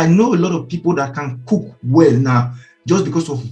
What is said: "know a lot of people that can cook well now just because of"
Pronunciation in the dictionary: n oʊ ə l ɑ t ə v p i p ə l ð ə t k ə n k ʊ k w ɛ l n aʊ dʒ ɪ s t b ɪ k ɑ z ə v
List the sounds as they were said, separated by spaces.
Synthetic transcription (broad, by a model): n oʊ ə l ɑ t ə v p i p ə l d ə t k ə n k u k w ɛ l n aʊ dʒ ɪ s b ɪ k ɑ s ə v